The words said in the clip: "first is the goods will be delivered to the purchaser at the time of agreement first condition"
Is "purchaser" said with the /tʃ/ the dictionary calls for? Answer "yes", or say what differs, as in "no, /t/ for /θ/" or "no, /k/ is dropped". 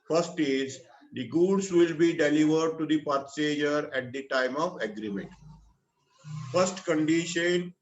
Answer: no, /s/ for /tʃ/